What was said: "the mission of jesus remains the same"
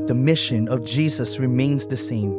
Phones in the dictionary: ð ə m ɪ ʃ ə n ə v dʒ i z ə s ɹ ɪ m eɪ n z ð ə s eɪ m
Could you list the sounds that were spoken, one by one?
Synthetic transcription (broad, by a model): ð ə m ɪ ʃ ə n ə v dʒ i z ə s ɹ ɪ m eɪ n z ð ə s eɪ m